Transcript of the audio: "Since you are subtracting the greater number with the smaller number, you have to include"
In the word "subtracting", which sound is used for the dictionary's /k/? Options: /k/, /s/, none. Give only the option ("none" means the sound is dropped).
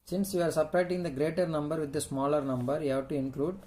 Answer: none